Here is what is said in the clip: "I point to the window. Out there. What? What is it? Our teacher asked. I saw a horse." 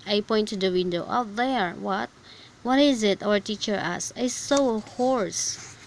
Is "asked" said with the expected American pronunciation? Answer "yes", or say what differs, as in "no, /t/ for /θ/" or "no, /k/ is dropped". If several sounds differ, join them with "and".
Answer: no, /t/ is dropped